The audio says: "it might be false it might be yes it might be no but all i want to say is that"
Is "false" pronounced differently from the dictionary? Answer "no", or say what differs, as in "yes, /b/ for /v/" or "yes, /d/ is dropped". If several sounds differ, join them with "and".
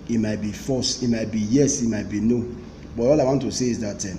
yes, /l/ is dropped